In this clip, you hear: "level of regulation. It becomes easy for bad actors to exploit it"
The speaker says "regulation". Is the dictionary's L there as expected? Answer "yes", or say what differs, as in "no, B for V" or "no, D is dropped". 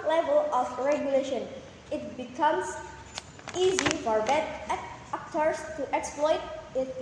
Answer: yes